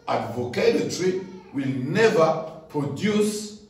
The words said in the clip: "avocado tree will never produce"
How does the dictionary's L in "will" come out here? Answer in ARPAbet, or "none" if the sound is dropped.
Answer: L